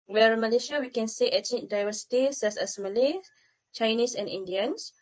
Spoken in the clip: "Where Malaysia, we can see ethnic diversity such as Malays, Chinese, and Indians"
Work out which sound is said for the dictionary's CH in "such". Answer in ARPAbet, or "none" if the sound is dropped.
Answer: S